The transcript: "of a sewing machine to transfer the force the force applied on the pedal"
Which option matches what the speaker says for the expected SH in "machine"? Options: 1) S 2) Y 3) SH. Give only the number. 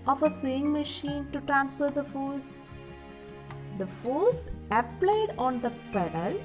3